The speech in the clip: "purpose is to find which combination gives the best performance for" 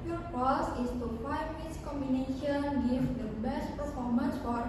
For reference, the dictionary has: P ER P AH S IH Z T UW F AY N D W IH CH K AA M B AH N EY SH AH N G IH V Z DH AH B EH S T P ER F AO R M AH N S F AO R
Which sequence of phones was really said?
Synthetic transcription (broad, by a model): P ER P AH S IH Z T UW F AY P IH S K AA M B AH N EY SH AH N G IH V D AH B EH S T P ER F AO R M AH N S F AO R